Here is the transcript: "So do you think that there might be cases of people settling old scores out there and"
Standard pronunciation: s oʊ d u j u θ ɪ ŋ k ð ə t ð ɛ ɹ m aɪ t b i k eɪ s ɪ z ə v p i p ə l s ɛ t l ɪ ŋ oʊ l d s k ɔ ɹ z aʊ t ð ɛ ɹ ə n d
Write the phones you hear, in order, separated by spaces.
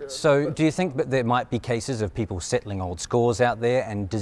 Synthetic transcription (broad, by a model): s oʊ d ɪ j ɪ θ ɪ ŋ k ð ə t ð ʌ ɹ m aɪ t b i k eɪ s ɪ z ə v p i p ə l s ɛ t l ɪ ŋ oʊ l d s k ɔ ɹ z aʊ t ð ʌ ɹ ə n d